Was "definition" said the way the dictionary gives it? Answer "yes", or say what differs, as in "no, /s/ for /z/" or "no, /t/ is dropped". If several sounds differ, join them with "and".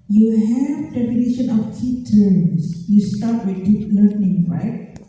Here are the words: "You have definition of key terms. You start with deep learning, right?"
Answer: no, /p/ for /f/